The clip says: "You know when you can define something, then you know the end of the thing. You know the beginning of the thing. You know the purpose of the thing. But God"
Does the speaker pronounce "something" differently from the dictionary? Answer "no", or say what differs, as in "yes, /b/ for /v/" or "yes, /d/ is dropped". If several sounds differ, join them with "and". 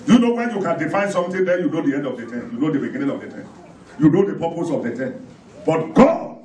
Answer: yes, /t/ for /θ/